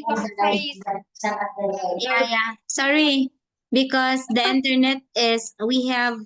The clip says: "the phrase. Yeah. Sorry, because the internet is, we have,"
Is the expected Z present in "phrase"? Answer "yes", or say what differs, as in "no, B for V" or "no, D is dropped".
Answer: no, Z is dropped